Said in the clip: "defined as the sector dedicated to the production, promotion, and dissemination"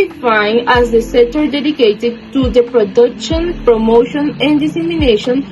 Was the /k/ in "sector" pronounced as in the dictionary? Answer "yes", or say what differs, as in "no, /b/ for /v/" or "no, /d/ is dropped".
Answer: no, /k/ is dropped